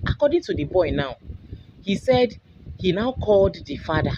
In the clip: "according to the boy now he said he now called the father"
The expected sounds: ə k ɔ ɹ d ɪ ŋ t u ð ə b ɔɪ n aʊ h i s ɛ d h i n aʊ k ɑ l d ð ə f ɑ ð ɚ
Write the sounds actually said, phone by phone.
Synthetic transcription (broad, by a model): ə k ɔ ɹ d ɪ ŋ t u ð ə b ɔɪ n aʊ h i s ɛ d h i n aʊ k ɑ l d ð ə f ɑ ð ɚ